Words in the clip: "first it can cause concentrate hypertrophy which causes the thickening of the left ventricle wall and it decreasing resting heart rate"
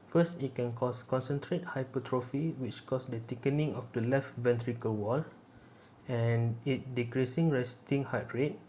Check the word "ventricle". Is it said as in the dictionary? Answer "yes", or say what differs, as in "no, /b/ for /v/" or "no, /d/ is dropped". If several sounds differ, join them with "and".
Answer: yes